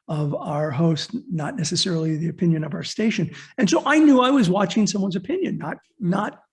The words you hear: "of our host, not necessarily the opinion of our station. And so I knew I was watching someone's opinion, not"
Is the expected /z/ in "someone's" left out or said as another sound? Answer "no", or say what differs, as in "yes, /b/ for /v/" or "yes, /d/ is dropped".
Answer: no